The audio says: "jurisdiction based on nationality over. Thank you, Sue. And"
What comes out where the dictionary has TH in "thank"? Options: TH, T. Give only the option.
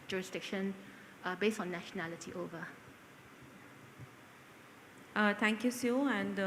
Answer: T